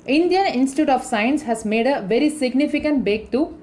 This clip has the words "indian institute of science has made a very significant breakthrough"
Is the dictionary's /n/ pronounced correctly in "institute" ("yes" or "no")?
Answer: yes